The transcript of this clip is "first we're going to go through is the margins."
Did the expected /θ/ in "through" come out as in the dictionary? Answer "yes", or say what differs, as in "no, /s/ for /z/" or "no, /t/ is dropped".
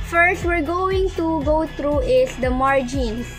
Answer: no, /t/ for /θ/